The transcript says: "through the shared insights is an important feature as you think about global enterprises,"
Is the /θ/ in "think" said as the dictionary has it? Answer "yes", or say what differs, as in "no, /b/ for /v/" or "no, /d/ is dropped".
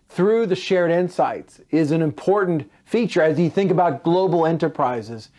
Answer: yes